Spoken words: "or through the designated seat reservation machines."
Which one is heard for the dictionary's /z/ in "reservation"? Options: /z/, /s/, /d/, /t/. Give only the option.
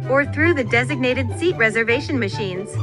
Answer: /z/